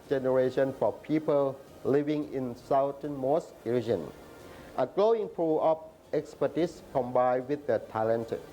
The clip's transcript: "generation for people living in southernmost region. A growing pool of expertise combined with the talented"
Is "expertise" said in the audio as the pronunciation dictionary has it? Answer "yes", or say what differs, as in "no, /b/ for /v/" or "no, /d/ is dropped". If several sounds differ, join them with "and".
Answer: no, /s/ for /z/